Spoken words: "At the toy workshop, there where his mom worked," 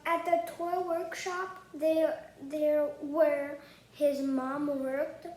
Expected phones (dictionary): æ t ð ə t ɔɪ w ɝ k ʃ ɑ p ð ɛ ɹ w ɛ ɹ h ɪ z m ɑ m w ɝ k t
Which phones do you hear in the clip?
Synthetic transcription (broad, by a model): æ t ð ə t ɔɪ w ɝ k ʃ ɑ p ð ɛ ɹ w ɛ ɹ h ɪ z m ɑ m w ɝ k t